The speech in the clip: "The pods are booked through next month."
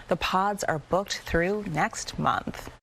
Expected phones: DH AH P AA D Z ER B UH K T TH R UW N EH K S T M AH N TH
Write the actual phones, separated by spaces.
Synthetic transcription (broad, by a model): DH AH P AA D Z ER B UH K T TH R UW N EH K S T M AH N TH